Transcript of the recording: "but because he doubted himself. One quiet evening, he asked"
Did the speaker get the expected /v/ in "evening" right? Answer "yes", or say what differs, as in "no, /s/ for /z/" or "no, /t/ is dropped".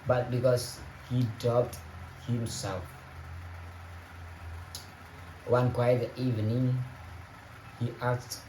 yes